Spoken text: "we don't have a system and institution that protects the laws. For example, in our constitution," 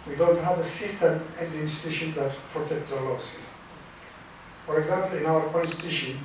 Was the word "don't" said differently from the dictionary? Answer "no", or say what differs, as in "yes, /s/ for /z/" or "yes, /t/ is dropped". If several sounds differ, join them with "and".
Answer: no